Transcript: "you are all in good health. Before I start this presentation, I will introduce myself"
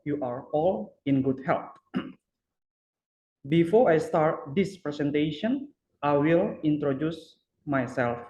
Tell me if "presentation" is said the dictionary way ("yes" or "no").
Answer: no